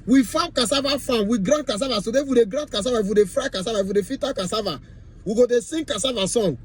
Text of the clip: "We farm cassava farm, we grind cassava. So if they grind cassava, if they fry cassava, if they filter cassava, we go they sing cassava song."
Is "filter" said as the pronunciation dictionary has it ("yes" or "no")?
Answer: no